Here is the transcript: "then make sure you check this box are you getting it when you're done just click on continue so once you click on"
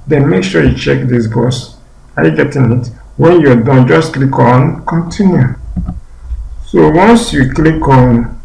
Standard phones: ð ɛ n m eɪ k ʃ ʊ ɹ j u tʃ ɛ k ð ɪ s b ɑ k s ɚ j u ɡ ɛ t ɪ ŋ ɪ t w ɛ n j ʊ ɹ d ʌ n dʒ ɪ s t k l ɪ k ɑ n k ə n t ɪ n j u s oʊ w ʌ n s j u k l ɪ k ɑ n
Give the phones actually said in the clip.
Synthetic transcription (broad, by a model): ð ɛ n m eɪ k ʃ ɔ j u tʃ ɛ k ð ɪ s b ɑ s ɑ j u ɡ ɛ t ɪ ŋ ɪ t w ɛ n j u d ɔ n dʒ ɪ s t k l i k ɑ n k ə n t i n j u s oʊ w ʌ n s j u k l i k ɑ n